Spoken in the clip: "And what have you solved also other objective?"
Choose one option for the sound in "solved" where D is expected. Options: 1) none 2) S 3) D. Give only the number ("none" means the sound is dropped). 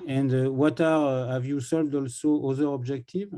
3